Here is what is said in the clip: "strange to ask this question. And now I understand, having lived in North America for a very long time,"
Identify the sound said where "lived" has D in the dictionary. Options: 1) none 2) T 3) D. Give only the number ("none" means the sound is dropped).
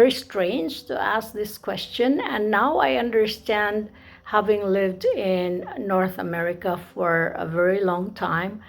3